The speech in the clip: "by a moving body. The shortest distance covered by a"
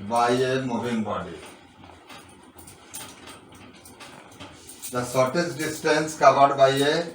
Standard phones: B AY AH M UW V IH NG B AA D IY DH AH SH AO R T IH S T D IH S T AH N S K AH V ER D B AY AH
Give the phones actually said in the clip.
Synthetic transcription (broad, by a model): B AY AH M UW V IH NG B AA D IY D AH S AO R T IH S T D IH S T AH N S K AH V ER D B AY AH